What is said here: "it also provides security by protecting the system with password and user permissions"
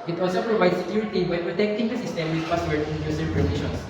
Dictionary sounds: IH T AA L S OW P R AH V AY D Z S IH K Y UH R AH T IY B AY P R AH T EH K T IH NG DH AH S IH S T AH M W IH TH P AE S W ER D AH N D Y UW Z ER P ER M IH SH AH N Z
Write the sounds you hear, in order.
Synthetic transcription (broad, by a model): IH T AA L S OW P R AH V AY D S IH K Y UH R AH T IY B AY P R AH T EH K T IH NG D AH S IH S T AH M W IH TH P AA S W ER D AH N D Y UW S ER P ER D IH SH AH N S